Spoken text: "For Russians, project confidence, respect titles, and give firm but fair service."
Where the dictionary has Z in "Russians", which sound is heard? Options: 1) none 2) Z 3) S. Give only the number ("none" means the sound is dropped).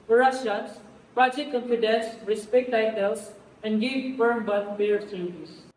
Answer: 3